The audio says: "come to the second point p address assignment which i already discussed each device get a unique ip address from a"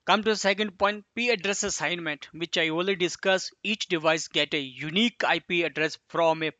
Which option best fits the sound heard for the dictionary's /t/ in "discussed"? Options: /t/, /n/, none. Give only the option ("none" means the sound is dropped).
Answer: none